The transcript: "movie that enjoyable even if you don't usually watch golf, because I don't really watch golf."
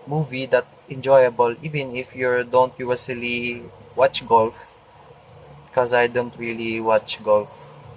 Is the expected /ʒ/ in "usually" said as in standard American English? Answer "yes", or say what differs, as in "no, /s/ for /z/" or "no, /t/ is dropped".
no, /s/ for /ʒ/